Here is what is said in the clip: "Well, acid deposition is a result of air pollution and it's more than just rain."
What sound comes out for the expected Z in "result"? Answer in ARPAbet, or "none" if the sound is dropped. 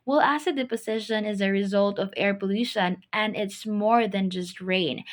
Z